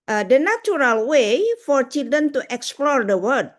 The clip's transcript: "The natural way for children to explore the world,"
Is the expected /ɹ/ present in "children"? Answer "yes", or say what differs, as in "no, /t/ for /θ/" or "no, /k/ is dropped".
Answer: no, /ɹ/ is dropped